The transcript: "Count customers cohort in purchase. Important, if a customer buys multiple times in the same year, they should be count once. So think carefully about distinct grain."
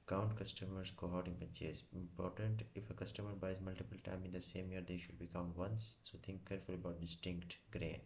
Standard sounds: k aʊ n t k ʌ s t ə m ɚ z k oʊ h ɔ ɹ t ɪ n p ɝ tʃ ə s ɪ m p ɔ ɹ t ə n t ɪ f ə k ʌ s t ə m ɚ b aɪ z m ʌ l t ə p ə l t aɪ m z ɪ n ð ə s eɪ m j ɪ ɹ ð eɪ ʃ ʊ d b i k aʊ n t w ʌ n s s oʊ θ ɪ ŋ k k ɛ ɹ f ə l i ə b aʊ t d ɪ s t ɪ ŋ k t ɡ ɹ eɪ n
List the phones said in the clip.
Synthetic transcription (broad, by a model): k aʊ n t k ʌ s t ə m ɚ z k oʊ h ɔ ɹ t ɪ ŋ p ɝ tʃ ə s ɪ m p ɔ ɹ t ə n t ɪ f ə k ʌ s t ə m ɚ b aɪ z m ʌ l t ə p ə l t aɪ m ɪ n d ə s eɪ m j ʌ ɹ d eɪ ʃ ʊ d b i k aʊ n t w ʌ n s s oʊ t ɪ ŋ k k ɛ ɹ f ə l i ə b aʊ t d ɪ s t ɪ ŋ k t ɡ ɹ eɪ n